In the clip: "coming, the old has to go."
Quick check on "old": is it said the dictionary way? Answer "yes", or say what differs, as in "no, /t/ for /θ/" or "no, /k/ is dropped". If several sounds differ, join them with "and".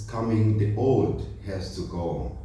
no, /l/ is dropped